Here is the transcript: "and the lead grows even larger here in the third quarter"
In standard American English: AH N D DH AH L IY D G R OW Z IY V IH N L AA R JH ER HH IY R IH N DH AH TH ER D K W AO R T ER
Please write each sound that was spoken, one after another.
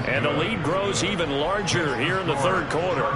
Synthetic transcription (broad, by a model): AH N DH AH L IY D G R OW Z IY V IH N L AA R JH ER HH IY R IH N DH AH TH ER D K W AO R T ER